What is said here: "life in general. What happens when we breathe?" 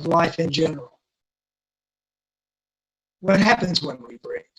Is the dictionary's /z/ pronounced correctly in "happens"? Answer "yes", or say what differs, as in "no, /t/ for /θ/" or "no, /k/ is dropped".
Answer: yes